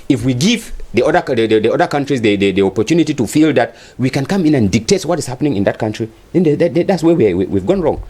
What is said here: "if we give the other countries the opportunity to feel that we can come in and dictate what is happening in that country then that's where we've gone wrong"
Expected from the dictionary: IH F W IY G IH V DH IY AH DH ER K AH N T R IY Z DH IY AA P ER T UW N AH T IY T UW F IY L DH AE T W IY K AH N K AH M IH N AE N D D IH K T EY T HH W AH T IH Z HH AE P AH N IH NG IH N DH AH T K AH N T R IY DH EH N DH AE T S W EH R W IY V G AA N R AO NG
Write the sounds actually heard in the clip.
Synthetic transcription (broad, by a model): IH F W IY G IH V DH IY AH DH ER K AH N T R IY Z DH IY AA P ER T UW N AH T IY T UW F IY L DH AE T W IY K AH N K AH M IH N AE N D D IH K T EY T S W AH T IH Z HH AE P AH N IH NG IH N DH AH T K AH N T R IY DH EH N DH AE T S W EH W W IY V G AA N R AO NG